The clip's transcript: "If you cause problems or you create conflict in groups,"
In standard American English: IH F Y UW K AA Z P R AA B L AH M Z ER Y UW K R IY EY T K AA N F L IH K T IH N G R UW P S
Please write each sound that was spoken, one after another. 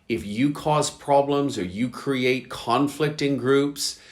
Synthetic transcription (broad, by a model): IH F Y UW K AA Z P R AA B L AH M Z ER Y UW K R IY EY T K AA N F L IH K T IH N G R UW P S